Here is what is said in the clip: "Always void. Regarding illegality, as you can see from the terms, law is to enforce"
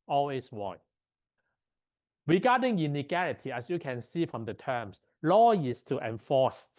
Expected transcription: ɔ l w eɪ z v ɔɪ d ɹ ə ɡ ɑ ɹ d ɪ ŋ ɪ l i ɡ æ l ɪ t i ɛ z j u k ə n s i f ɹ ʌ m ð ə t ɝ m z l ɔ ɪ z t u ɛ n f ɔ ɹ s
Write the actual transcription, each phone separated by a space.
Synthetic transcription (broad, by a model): ɔ l w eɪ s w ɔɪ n ɹ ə ɡ ɑ d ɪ ŋ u n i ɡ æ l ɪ t i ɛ s j u k ə n s i f ɹ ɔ m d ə t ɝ m s l ɔ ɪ s t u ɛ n f ɔ s